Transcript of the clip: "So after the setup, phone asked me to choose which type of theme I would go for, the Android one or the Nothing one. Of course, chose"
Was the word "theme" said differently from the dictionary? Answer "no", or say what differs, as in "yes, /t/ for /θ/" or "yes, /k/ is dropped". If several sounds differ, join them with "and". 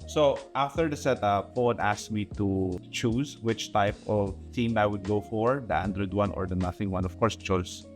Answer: yes, /t/ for /θ/